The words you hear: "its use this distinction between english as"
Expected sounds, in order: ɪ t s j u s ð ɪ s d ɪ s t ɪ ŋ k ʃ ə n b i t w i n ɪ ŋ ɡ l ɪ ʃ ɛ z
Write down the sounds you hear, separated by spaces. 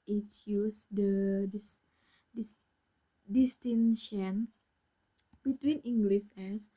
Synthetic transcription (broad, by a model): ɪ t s j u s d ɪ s d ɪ s t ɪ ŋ ʃ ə n b i t w i n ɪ ŋ ɡ l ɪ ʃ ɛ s